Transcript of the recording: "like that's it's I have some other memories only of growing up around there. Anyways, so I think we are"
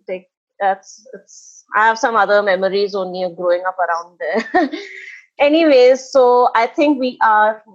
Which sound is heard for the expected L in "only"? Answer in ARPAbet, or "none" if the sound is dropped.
none